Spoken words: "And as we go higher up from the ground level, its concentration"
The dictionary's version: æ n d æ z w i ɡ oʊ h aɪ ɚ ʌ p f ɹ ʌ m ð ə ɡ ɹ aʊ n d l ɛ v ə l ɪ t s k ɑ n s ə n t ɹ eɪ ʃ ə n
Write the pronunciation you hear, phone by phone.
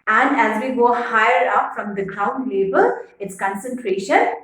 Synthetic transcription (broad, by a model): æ n d æ z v i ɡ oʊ h aɪ ɚ ʌ p f ɹ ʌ m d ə ɡ ɹ aʊ n d l ɛ b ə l ɪ t s k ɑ n s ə n t ɹ eɪ ʃ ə n